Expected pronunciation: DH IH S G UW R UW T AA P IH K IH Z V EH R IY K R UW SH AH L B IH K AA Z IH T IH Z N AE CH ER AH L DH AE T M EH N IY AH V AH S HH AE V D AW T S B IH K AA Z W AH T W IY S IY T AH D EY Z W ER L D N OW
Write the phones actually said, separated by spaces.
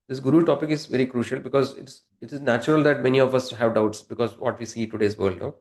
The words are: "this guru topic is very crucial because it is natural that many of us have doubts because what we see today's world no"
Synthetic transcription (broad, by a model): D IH S G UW R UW T AA P IH K IH Z V EH R IY K R UW SH AH L B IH K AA Z IH T IH Z N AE CH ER AH L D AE T M EH N IY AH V AH S HH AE V D AW T S B IH K AA Z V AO T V IY S IY T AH D EY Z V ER L D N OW